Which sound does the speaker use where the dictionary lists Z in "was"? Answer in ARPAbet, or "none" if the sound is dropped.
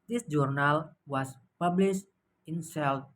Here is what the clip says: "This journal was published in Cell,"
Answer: S